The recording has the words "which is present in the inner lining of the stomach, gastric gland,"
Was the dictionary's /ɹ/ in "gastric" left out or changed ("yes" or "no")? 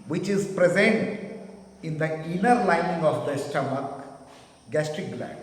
no